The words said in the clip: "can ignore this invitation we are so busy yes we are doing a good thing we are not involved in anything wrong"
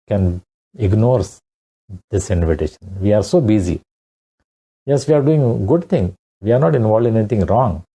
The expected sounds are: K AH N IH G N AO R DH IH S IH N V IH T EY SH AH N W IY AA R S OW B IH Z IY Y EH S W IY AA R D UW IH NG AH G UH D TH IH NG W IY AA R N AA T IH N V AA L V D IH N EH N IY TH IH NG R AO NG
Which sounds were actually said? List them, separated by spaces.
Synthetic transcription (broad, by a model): K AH N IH G N AO R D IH S IH N V IH T EY SH AH N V IY AA R S OW B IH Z IY Y EH S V IY AA R D UW IH NG G UH D T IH NG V IY AA R N AA T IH N V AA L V D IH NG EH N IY T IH NG R AO NG